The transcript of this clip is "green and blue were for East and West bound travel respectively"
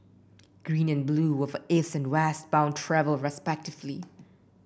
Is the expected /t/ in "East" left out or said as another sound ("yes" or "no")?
yes